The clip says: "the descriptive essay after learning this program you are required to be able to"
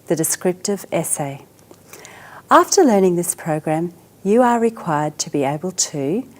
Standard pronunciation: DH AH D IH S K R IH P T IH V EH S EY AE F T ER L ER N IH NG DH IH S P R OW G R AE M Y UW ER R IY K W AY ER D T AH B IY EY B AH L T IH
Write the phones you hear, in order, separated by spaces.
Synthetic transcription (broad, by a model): DH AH D IH S K R IH P T IH V EH S EY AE F T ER L ER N IH NG DH IH S P R OW G R AE M Y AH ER R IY K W AY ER D T AH B IY EY B AH L T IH